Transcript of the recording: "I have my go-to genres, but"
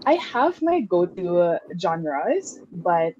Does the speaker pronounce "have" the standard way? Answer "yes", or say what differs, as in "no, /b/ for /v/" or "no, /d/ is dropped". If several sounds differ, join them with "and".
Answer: yes